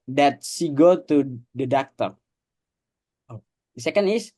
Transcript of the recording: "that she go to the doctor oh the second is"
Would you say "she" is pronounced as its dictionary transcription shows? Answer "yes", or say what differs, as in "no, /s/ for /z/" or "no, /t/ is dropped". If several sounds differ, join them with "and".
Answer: no, /s/ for /ʃ/